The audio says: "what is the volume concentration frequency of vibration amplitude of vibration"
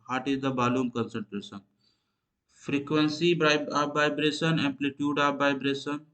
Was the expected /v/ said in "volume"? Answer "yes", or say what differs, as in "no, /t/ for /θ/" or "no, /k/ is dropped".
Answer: no, /b/ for /v/